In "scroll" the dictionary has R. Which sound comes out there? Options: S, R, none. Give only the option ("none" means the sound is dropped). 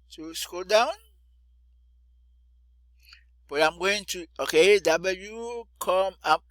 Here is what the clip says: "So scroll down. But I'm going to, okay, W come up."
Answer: none